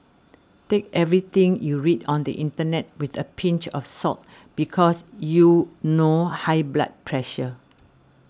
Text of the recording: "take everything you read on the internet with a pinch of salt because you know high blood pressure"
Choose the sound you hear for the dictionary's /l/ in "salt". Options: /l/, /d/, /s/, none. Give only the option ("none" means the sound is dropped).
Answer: none